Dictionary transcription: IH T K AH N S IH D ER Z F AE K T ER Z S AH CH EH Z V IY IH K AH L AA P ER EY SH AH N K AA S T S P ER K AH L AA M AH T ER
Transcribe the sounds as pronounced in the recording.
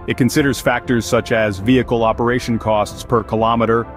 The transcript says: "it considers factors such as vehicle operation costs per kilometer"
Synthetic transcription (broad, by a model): IH T K AH N S IH D ER Z F AE K T ER Z S AH CH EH Z V IY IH K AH L AA P ER EY SH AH N K AA S T S P ER K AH L AA M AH T ER